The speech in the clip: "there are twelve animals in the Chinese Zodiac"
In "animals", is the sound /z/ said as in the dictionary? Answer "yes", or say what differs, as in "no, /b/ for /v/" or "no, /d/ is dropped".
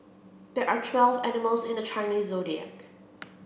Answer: yes